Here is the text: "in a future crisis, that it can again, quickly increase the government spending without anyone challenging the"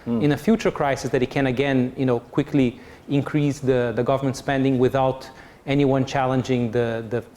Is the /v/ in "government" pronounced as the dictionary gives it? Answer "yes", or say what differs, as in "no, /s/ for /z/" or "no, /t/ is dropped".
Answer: yes